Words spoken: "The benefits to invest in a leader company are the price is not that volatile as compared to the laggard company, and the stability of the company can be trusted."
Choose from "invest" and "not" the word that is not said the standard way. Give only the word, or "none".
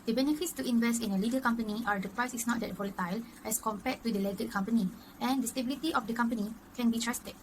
none